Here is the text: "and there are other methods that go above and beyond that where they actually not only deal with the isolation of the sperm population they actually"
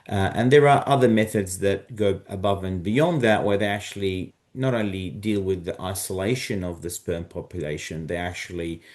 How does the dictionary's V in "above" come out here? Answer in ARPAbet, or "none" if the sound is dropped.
V